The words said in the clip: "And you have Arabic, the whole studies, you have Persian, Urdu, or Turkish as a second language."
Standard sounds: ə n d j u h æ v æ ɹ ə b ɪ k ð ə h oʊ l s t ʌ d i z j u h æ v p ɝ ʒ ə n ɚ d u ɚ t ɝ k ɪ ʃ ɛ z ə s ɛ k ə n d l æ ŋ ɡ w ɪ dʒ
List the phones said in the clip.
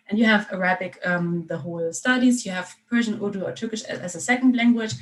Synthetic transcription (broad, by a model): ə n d j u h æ v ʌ ɹ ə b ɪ k ð ə h oʊ l s t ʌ d i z j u h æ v p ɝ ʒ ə n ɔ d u ɚ t ɝ k ɪ ʃ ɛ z ə s ɛ k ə n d l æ ŋ ɡ w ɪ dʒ